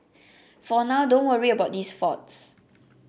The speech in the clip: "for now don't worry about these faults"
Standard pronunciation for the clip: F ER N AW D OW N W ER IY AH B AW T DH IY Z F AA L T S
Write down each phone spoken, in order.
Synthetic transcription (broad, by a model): F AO N AW D OW N W ER IY AH B AW T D IY S F AA T S